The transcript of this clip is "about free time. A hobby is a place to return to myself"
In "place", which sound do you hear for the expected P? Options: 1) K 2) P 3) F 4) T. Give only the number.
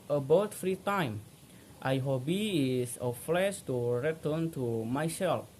3